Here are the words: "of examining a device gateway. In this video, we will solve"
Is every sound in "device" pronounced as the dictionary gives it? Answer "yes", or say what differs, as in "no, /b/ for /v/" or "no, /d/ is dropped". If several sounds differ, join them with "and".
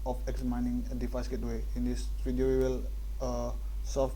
no, /f/ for /v/